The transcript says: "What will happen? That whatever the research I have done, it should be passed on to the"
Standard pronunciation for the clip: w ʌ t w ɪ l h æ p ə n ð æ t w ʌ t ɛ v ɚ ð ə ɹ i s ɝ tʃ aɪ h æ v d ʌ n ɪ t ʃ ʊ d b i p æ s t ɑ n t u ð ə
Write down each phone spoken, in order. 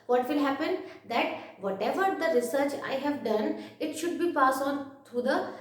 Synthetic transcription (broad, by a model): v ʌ t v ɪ l h æ p ə n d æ t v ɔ t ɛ v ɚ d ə ɹ i s ɝ tʃ aɪ h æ v d ʌ n ɪ t ʃ ʊ d b i p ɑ s ɑ n t u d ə